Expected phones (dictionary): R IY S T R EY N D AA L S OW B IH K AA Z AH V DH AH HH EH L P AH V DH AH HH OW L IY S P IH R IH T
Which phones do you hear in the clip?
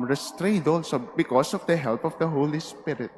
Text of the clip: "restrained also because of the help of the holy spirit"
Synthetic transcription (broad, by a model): R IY S T R EY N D AA L S OW B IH K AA S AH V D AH HH EH L P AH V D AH HH OW L IY S P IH R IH T